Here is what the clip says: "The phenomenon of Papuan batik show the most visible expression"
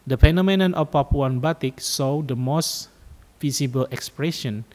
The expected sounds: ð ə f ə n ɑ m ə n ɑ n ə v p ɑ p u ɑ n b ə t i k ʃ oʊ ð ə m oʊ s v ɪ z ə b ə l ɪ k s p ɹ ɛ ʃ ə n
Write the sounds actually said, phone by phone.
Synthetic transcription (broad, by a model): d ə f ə n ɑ m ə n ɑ n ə p ɑ p u ɑ n b ə t i k s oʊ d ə m oʊ s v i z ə b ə l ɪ k s p ɹ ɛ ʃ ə n